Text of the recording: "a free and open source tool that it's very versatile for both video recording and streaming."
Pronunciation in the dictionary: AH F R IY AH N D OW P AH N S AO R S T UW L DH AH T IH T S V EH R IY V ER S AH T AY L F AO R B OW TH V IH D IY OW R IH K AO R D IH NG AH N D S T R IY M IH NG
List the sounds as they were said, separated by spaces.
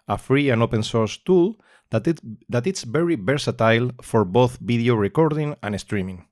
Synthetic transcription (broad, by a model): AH F R IY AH N OW P AH N S AO R S T UW L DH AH T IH T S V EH R IY B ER S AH T AY L F AO R B OW TH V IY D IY OW R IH K AO R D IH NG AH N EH S T R IY M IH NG